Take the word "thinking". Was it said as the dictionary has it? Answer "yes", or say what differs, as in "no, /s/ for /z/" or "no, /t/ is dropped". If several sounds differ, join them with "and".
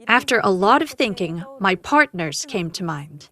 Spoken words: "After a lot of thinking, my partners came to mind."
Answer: yes